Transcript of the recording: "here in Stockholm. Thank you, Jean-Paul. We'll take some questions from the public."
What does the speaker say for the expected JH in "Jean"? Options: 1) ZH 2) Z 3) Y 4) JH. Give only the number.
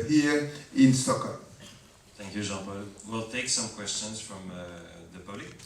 1